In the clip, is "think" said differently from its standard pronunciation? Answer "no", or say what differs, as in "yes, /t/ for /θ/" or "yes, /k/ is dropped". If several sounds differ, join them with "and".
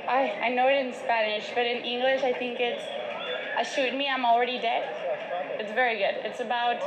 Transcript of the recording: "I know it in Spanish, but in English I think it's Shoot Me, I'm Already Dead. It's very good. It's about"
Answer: no